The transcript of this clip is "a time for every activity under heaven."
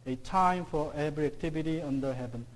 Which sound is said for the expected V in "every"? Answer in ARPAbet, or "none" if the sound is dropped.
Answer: B